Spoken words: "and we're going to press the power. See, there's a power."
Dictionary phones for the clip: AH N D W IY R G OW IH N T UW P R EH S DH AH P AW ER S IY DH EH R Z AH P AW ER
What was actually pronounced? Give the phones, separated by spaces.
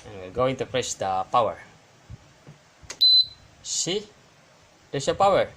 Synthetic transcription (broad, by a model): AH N W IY L G OW IH N T UW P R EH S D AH P AW ER S IY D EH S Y AH P AW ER